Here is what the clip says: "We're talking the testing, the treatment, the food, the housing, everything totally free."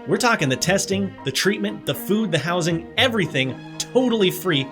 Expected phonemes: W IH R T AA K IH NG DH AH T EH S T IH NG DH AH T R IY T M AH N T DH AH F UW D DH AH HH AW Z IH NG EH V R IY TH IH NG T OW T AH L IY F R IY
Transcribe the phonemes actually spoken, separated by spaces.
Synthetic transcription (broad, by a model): W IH R T AA K IH NG DH AH T EH S T IH NG DH AH T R IY T M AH N DH AH F UW D DH AH HH AW Z IH NG EH V R IY TH IH NG T OW T L IY F R IY